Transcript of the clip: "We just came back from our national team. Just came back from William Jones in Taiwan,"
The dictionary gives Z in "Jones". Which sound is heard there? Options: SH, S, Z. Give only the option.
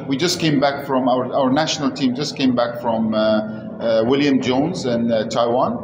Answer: Z